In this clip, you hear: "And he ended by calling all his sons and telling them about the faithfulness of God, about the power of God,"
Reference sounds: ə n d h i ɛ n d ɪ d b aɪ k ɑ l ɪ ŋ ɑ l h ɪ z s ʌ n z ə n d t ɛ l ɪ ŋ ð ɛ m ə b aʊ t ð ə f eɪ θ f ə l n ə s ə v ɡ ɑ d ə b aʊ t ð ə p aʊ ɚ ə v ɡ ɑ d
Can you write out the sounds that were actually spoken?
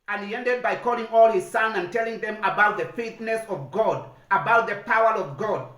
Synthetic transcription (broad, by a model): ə n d h i ɛ n d ɪ d b aɪ k ɑ l ɪ ŋ ɑ l h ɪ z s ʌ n ə n t ɛ l ɪ ŋ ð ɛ m ə b aʊ t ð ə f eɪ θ n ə s ə v ɡ ɑ d ə b aʊ t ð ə p aʊ ɚ ə v ɡ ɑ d